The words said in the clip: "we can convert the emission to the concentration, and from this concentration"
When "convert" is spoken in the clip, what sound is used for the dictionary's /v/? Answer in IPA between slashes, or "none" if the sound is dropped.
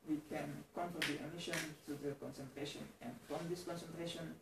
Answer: /f/